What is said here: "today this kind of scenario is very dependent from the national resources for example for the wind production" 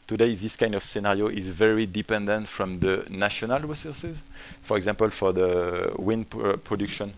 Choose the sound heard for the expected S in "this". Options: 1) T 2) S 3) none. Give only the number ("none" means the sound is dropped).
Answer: 2